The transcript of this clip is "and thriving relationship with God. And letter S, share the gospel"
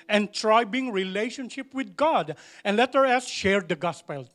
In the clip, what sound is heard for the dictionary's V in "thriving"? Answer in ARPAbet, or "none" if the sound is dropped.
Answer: B